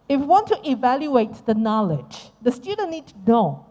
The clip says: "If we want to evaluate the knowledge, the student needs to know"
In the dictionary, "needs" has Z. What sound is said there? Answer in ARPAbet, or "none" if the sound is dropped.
none